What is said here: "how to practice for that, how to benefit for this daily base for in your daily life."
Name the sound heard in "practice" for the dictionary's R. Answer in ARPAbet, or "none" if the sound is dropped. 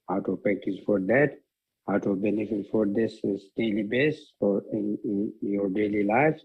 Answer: none